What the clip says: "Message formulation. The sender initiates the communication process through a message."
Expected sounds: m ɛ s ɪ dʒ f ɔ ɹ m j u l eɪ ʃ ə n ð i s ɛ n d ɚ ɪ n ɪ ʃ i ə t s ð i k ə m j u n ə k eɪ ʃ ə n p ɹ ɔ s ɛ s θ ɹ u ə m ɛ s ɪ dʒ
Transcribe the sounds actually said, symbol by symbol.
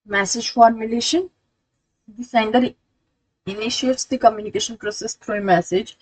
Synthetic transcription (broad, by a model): m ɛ s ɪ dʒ f ɔ ɹ m j u l eɪ ʃ ə n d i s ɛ n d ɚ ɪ n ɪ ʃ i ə t s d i k ə m j u n ə k eɪ ʃ ə n p ɹ ɔ s ɛ s t ɹ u ə m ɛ s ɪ dʒ